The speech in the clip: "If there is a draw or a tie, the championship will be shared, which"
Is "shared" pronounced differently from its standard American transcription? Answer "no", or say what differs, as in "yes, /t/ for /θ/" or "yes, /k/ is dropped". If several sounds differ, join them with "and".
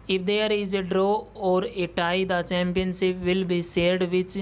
yes, /s/ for /ʃ/